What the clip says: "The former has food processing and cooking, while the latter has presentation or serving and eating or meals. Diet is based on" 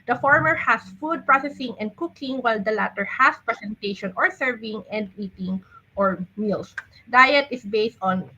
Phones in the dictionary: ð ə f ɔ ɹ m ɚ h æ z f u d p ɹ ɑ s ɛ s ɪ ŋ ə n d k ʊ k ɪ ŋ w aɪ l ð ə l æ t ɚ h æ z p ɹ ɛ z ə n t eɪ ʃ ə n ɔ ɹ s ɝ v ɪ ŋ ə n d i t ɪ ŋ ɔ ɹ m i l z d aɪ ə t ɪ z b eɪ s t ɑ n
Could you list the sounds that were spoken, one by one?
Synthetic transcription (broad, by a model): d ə f ɔ ɹ m ɚ h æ s f u d p ɹ ɑ s ɛ s ɪ ŋ ə n d k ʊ k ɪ ŋ w aɪ l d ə l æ t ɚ h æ s p ɹ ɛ s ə n t eɪ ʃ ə n ɔ ɹ s ɝ v ɪ ŋ ə n d i t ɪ ŋ ɔ ɹ m i l s d aɪ ə t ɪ s b eɪ s t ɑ n